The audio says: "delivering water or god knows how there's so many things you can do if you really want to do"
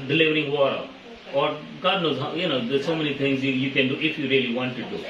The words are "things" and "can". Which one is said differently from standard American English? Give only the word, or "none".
things